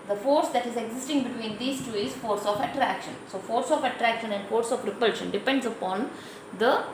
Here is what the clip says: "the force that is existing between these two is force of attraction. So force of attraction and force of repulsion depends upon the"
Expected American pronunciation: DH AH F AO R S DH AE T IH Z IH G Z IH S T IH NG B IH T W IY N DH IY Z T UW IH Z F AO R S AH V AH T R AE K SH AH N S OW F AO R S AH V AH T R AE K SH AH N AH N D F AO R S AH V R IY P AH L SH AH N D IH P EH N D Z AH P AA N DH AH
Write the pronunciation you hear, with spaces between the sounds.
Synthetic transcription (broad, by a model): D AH F AO R S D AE T IH Z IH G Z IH S T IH NG B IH T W IY N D IY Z T UW IH Z F AO R S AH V AH T R AE K SH AH N S OW F AO R S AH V AH T R AE K SH AH N AH N D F AO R S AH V R IY P AH L SH AH N D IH P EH N D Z AH P AA N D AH